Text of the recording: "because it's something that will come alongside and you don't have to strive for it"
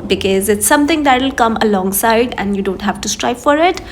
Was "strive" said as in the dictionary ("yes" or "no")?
no